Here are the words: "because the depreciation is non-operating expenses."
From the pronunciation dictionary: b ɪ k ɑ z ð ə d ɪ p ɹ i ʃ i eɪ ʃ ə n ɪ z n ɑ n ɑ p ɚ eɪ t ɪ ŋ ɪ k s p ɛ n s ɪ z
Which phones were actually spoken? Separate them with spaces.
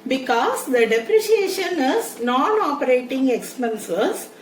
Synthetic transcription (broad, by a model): b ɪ k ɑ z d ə d ɪ p ɹ i ʃ i eɪ ʃ ə n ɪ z n ɑ n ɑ p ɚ eɪ t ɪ ŋ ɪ k s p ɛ n s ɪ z